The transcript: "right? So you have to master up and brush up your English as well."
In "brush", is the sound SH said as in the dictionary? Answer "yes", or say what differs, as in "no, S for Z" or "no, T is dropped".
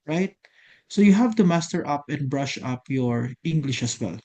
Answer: yes